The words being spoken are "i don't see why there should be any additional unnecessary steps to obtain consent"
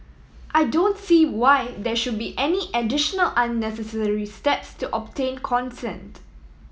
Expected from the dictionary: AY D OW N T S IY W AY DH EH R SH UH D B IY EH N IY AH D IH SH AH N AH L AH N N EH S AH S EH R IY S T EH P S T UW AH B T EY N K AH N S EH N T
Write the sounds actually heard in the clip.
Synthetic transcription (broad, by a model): AY D OW N T S IY W AY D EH SH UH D B IY EH N IY AH D IH SH AH N AH L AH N N EH S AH S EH R IY S T EH P S T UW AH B T EY N K AH N S EH N T